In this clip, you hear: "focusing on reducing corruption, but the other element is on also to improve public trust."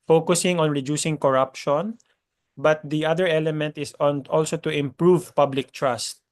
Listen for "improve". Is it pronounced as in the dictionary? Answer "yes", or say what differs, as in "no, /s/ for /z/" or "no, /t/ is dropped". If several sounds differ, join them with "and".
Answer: yes